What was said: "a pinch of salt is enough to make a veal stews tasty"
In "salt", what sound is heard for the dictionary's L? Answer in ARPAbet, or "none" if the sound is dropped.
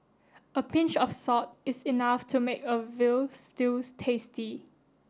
none